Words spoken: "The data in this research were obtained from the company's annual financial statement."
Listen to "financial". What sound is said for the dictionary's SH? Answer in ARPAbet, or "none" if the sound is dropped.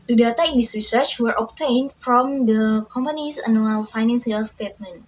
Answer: S